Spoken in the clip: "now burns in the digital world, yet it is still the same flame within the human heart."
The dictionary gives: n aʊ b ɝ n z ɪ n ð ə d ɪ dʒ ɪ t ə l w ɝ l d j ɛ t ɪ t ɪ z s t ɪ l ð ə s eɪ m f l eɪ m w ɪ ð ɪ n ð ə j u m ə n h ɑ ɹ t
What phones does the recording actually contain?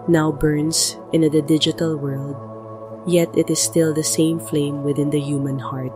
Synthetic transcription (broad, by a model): n aʊ b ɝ n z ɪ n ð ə d ɪ dʒ ɪ t ə l w ɝ l d j ɛ t ɪ t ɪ s t ɪ l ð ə s eɪ m f l eɪ m w ɪ ð ɪ n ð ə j u m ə n h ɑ ɹ t